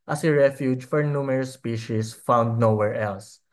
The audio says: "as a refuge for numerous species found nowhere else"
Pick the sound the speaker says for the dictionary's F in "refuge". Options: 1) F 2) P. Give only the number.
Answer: 1